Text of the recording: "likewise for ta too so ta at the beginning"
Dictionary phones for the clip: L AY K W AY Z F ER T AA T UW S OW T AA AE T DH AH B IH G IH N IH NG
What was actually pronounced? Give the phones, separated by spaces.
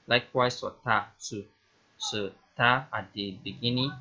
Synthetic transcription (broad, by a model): L AY K W AY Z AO T AA S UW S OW T AA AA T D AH B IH G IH N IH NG